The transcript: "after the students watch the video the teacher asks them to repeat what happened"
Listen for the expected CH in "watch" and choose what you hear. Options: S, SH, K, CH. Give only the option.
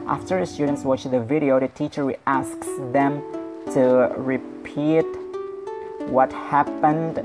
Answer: CH